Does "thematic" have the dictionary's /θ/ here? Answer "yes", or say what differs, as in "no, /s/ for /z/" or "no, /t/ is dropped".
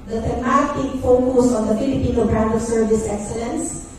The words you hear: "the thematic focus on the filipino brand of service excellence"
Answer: no, /t/ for /θ/